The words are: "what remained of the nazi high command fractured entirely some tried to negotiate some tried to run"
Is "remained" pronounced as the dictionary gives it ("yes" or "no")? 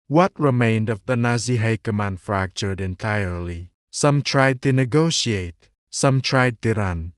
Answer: yes